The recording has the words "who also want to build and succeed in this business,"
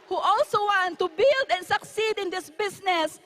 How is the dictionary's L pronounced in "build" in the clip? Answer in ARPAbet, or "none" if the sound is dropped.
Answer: L